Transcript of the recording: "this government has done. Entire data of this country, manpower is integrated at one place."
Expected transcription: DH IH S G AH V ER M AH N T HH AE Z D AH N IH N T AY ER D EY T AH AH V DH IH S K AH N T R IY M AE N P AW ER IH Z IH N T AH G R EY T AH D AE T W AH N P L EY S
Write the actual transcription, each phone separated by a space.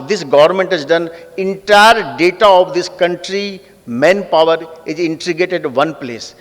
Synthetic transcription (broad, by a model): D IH S G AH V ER M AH N T HH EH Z D AH N IH N T AY ER D EY T AH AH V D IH S K AH N T R IY M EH N P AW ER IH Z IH N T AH G EY T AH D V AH N P L EY S